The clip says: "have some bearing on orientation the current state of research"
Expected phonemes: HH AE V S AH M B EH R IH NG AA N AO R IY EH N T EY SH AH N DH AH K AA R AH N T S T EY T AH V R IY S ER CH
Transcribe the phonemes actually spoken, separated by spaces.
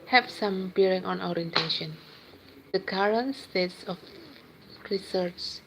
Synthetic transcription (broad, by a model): HH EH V S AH M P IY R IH NG AA N AO R IY EH N T EY SH AH N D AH K AA R AH N T S T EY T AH F R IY S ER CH